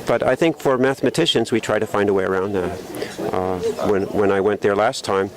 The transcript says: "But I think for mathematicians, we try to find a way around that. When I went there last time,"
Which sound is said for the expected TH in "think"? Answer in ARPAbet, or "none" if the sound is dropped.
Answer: TH